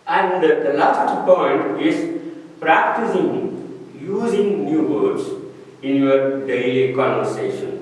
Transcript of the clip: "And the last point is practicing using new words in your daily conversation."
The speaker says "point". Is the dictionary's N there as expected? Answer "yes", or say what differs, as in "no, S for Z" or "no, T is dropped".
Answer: yes